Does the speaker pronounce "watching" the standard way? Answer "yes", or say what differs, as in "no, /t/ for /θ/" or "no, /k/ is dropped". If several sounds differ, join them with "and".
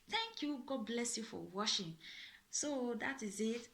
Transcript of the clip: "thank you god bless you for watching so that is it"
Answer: no, /ʃ/ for /tʃ/